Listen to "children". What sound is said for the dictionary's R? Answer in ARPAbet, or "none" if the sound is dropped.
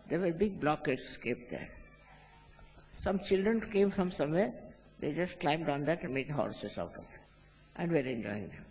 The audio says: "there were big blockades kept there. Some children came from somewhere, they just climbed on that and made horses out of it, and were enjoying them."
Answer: R